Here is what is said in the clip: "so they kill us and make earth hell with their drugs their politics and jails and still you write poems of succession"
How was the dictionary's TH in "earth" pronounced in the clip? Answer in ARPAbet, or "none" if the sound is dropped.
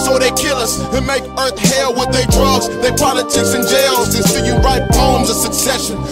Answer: TH